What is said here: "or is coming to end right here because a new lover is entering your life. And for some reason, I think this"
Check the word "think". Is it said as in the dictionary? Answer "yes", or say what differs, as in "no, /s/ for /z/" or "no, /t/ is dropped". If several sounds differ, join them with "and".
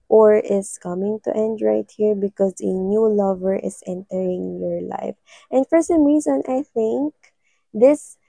yes